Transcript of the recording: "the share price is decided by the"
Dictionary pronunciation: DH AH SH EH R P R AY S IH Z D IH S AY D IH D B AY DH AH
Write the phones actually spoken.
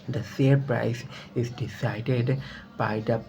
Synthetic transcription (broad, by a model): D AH S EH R P R AY S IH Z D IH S AY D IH D B AY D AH